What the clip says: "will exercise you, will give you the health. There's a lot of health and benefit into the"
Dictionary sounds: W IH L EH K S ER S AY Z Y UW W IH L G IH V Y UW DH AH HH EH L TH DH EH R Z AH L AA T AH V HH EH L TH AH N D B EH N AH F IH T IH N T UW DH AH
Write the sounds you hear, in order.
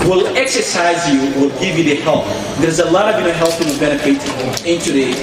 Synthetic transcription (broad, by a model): W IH L EH K S ER S AY Z Y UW W IH L G IH V Y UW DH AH HH EH L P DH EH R Z AH L AA T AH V HH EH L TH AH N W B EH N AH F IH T IH N T UW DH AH